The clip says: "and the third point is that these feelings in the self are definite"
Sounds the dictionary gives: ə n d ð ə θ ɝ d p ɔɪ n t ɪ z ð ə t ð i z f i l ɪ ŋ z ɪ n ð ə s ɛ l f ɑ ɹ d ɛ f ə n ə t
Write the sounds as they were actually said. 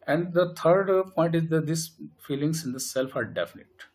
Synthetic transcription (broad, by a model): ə n d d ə t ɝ d p ɔɪ n t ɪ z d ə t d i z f i l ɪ ŋ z ɪ n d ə s ɛ l f ɑ ɹ d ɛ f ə n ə t